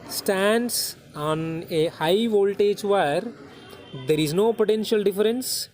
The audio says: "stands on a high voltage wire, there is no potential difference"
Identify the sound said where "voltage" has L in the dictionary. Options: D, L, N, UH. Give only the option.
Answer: L